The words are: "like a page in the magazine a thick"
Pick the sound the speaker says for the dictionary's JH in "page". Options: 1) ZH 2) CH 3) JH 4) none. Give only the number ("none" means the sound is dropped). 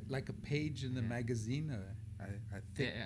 3